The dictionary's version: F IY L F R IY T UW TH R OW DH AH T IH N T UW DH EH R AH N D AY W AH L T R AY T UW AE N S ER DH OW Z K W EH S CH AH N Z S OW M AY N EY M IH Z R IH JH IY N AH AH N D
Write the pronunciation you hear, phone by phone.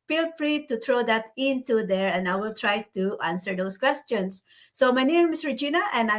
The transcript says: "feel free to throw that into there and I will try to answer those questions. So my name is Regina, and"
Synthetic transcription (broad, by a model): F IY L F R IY T UW T R OW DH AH T IH N T UW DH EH R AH N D AY W AH L T R AY T UW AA N S ER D OW S K W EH S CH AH N S OW M AY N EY M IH S R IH JH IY N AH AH N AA